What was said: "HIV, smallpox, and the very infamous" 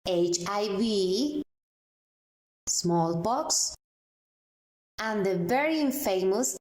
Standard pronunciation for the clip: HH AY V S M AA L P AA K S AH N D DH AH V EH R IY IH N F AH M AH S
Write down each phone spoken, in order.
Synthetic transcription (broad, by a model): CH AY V S M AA L B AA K S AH N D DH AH V EH R IY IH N F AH M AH S